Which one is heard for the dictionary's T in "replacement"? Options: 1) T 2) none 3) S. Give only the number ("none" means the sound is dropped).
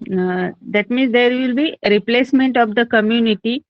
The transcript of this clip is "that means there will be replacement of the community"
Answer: 1